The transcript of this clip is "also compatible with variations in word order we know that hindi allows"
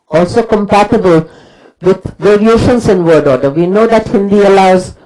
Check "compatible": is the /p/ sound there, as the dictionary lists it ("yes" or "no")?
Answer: yes